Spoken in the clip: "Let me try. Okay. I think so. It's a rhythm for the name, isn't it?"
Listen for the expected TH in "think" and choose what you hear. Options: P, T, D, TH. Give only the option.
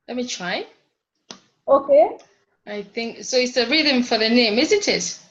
TH